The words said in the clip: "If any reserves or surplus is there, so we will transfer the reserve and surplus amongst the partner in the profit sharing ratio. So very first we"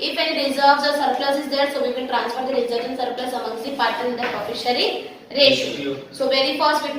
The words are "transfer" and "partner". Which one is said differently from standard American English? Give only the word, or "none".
partner